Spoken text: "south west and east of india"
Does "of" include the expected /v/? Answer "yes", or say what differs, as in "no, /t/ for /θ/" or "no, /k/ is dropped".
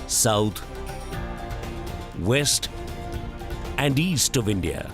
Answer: yes